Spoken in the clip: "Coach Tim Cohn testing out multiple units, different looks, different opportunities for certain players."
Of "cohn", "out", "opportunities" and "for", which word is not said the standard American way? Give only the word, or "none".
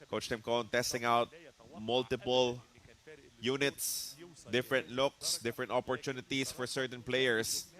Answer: opportunities